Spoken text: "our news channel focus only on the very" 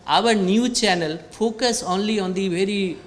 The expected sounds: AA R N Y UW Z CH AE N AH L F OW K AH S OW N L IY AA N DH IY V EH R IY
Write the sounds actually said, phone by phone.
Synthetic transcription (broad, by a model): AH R N Y UW CH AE N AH L F OW K AH S OW N L IY AA N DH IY V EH R IY